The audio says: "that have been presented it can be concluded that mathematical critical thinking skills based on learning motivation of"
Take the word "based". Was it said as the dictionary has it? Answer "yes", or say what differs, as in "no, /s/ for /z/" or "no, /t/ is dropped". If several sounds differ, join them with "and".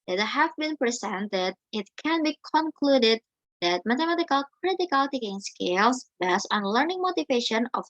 no, /t/ is dropped